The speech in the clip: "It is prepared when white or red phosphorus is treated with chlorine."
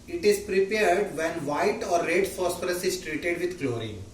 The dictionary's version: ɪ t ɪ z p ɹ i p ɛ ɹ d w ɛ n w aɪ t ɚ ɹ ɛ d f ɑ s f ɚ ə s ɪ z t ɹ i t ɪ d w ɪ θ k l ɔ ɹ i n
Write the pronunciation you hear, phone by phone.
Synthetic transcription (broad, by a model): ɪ t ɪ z p ɹ i p ɛ ɹ d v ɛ n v aɪ t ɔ ɹ ɛ d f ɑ s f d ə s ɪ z t ɹ i t ɪ d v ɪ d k l ɔ ɹ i